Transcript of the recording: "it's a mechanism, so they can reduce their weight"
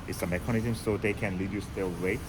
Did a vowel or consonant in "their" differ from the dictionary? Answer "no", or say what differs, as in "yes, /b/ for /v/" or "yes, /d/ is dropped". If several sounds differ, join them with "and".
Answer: yes, /l/ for /ɹ/